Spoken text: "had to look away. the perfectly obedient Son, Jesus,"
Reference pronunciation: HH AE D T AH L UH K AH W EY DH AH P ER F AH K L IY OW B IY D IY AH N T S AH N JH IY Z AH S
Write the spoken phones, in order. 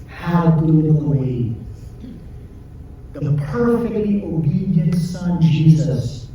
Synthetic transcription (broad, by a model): HH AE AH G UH AH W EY DH AH P ER F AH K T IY OW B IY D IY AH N S AH N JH IY Z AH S